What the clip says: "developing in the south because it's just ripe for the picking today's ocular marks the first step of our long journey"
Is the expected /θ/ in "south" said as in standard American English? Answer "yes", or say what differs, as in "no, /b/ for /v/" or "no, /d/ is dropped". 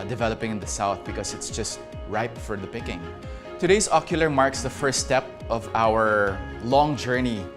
yes